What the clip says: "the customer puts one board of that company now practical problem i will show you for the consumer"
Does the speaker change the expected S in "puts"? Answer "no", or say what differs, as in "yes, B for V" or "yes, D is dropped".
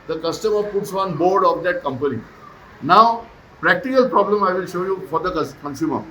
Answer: no